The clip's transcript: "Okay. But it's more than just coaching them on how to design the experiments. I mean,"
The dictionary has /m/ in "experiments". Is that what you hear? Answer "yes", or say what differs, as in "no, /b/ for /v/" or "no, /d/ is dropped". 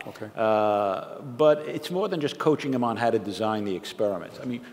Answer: yes